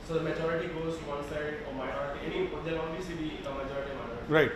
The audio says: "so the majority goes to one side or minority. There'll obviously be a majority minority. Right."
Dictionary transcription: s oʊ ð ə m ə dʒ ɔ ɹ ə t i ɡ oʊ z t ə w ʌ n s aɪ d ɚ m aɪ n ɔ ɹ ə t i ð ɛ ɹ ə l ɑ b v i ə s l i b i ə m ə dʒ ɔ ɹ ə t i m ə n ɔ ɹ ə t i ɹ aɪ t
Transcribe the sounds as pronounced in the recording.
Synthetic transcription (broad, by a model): s oʊ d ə m ə dʒ ɔ ɹ ə t i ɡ oʊ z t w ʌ n s aɪ d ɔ m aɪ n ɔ ɹ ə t i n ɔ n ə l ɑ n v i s i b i ə m ə dʒ ɔ ɹ ə t i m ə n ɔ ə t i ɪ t